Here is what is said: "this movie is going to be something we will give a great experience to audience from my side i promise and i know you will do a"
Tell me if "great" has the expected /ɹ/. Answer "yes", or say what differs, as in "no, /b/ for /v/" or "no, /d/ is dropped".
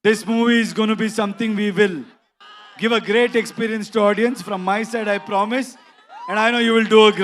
yes